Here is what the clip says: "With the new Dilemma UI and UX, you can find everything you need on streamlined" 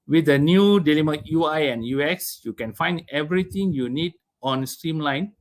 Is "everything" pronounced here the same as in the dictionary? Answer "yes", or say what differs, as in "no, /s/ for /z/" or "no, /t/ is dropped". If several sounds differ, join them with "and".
no, /t/ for /θ/